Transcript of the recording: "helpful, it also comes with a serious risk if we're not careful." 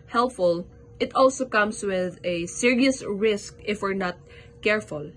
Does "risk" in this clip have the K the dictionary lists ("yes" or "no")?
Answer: yes